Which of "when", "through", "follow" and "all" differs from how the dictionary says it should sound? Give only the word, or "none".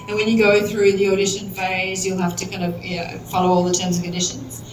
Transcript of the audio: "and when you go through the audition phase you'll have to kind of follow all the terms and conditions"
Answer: none